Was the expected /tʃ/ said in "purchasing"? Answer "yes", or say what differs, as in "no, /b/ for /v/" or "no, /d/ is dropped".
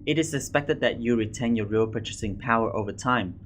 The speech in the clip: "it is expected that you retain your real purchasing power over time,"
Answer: yes